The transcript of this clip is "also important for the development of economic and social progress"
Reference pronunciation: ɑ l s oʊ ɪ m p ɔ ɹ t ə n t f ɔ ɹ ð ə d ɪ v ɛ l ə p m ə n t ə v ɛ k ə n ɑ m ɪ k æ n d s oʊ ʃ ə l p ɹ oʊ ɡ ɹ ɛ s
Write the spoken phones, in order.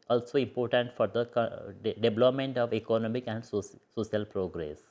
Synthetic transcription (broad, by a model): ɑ l s oʊ ɪ m p ɔ ɹ t ə n t f ɔ ɹ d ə d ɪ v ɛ l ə p m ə n t ə v ɛ k ə n ɑ m ɪ k æ n d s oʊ s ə l p ɹ oʊ ɡ ɹ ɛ s